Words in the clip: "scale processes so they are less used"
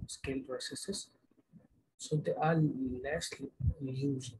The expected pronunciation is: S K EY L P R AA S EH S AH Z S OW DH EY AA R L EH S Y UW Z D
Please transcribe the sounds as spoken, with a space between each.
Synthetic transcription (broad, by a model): S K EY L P R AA S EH S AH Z S OW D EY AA L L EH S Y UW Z